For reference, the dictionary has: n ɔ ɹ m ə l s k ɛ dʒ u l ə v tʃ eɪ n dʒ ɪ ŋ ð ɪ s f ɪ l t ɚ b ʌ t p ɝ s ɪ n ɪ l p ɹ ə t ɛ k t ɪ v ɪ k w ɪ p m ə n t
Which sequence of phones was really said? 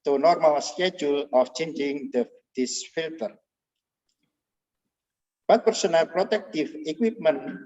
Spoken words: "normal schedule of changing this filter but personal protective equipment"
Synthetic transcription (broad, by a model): n ɔ ɹ m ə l s k ɛ dʒ u l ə f tʃ eɪ n dʒ ɪ ŋ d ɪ s f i l t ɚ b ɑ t p ɝ s ɪ n ɪ l p ɹ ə t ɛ k t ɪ f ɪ k w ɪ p m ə n